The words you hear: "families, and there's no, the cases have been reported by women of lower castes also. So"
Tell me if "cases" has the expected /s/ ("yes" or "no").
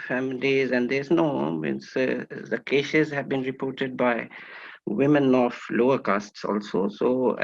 no